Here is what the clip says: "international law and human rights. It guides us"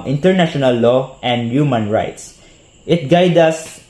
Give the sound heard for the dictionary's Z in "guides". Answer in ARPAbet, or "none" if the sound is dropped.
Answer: none